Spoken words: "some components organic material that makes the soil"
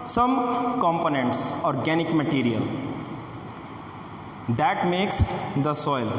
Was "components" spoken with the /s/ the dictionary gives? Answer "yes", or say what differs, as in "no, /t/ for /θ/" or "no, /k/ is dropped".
yes